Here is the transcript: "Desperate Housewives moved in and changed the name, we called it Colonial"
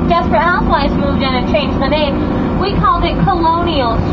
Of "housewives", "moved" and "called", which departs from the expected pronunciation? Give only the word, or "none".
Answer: housewives